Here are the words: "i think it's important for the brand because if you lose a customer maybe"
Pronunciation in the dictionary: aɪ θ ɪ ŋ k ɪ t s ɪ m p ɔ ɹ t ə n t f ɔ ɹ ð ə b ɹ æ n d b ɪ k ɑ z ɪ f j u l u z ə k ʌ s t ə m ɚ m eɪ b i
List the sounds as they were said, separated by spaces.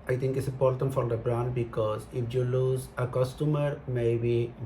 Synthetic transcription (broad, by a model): aɪ t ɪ ŋ k ɪ t s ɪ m p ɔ ɹ t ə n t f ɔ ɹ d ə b ɹ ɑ n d b ɪ k ɑ z ɪ f j u l u z ə k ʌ s t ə m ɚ m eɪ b i